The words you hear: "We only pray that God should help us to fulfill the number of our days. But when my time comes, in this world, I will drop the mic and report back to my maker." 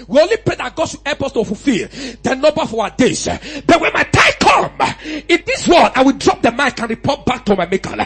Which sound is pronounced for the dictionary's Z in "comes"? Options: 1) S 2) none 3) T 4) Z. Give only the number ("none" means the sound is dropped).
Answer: 2